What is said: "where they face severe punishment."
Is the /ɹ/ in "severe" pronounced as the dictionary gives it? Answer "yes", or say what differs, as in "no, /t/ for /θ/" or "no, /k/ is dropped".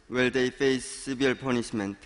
no, /l/ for /ɹ/